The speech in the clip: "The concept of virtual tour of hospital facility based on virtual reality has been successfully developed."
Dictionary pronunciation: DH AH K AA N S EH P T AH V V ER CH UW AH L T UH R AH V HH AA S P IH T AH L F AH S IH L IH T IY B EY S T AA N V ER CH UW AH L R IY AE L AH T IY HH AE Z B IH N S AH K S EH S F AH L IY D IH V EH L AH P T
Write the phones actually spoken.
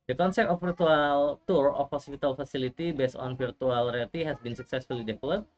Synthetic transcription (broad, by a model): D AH K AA N S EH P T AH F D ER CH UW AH L T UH R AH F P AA S F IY T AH L F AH S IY L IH T IY B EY S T AA N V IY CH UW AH L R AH T IY HH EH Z B IH N S AH K S EH S F AH L IY D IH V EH L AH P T